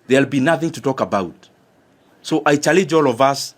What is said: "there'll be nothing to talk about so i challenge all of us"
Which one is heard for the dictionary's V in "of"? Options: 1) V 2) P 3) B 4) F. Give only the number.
1